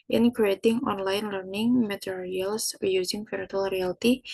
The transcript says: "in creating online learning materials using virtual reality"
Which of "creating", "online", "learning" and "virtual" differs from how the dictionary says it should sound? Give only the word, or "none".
virtual